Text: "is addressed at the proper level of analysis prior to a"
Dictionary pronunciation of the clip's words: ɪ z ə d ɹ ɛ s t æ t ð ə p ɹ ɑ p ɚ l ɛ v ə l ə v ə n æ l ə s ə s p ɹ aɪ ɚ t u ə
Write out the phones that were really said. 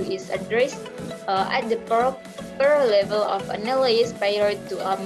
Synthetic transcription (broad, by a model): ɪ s ə d ɹ ɛ s t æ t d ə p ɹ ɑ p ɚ l ɛ v ə l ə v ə n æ l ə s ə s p aɪ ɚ t u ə